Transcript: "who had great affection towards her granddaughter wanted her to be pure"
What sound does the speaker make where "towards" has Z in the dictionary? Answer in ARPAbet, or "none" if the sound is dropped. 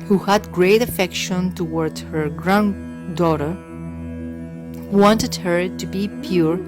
none